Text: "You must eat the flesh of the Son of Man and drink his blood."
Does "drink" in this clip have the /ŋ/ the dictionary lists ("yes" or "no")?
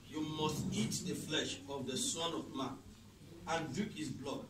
no